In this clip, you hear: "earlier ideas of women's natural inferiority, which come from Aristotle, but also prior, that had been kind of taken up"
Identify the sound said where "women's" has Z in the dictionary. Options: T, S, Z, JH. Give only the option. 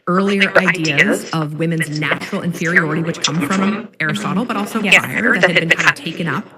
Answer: Z